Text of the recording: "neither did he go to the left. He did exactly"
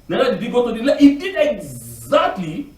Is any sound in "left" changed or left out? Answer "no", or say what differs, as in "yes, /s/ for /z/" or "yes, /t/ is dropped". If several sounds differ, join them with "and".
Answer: yes, /f/ is dropped